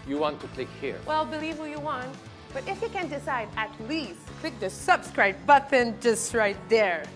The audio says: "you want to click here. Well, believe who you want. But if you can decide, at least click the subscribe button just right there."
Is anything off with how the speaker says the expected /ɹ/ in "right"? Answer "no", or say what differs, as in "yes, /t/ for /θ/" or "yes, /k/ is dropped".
no